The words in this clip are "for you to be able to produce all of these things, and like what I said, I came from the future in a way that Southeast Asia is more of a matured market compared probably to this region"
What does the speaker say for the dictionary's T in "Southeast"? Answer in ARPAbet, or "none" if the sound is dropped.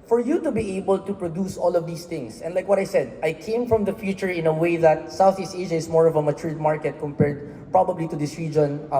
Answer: T